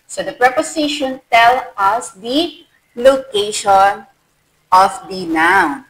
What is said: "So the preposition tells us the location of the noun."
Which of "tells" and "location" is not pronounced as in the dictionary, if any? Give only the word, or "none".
tells